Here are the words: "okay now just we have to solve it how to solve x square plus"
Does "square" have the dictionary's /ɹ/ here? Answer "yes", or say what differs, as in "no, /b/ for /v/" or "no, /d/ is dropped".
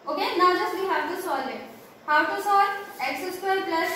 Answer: no, /l/ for /ɹ/